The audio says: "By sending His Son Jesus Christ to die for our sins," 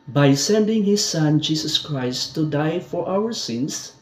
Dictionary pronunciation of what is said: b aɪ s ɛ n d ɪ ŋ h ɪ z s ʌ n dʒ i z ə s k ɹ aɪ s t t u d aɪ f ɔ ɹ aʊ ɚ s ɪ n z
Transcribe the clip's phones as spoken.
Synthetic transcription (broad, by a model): b aɪ s ɛ n d ɪ ŋ h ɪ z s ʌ n dʒ i s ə s k ɹ aɪ s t t u d aɪ f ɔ ɹ aʊ ɚ s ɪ n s